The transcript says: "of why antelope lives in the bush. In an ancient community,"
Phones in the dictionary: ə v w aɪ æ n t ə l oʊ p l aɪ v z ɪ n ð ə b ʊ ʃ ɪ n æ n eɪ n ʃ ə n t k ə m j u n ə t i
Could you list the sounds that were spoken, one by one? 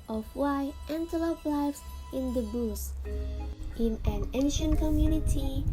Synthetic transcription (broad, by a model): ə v w aɪ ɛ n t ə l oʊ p l aɪ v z ɪ n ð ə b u s ɪ n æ n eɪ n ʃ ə n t k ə m j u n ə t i